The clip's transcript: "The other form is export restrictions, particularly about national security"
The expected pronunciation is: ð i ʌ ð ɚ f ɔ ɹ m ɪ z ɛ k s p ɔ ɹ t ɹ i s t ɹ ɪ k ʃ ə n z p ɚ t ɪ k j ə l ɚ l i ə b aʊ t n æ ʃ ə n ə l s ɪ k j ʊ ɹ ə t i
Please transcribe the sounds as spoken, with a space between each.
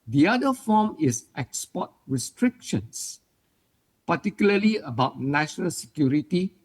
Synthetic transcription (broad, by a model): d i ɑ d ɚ f ɔ m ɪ s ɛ k s p ɔ t ɹ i s t ɹ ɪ k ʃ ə n s p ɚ t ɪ k j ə l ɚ l i ə b aʊ t n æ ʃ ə n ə l s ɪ k j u ɹ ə t i